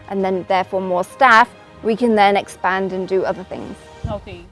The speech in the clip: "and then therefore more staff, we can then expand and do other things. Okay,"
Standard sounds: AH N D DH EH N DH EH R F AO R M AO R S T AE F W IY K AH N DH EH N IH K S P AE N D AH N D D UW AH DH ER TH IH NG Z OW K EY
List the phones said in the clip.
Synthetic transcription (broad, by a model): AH N DH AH N DH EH F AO M AO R S T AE F W IY K AH N DH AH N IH K S P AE N D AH N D D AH AH DH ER TH IH NG Z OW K